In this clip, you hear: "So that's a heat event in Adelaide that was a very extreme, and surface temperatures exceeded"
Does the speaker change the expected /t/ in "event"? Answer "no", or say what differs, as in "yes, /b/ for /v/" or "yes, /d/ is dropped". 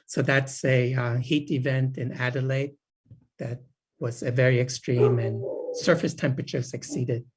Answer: no